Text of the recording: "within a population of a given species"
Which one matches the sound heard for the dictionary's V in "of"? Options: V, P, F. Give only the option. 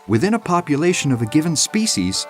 V